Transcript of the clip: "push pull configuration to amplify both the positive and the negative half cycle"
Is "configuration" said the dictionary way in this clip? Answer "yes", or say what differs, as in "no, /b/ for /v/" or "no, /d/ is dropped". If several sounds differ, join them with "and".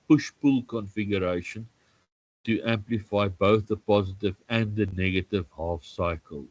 yes